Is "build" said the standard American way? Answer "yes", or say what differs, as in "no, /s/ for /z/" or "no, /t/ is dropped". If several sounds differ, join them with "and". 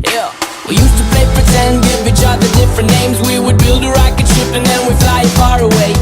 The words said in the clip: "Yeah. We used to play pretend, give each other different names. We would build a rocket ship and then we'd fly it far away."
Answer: yes